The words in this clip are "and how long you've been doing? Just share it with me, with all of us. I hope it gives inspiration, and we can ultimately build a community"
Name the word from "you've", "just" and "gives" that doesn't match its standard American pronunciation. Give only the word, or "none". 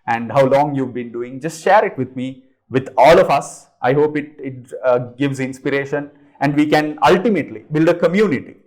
none